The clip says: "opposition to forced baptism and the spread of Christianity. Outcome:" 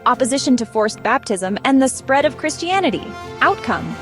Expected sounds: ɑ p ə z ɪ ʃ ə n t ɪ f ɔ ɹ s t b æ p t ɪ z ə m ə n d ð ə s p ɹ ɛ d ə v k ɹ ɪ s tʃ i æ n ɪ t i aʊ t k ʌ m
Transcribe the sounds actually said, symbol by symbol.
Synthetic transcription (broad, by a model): ɑ p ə z ɪ ʃ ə n t ɪ f ɔ ɹ s b æ p t ɪ z ə m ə n ð ə s p ɹ ɛ d ə v k ɹ ɪ s tʃ i æ n ɪ t i aʊ t k ʌ m